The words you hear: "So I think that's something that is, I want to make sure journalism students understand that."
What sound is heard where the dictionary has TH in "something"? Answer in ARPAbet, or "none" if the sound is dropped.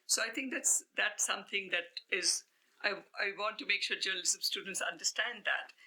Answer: T